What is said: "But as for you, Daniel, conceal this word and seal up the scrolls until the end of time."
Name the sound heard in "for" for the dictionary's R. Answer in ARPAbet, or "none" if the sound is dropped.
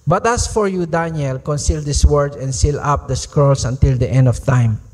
R